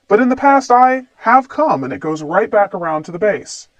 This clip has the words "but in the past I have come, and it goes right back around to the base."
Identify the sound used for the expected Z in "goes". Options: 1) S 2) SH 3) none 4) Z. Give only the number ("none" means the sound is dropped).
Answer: 4